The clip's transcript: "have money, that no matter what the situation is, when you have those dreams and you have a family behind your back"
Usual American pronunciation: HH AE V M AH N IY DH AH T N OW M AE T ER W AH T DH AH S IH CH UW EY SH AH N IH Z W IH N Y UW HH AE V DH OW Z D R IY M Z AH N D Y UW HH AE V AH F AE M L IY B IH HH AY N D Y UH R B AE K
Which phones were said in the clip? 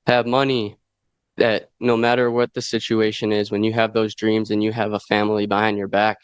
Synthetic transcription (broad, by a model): HH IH V M AH N IY DH AH T N OW M AE T ER W AH T DH AH S IH CH UW EY SH AH N IH Z W IH N Y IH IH V DH OW Z D R IY M Z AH N Y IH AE V AH F AE M L IY B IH HH AY N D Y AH R B AE K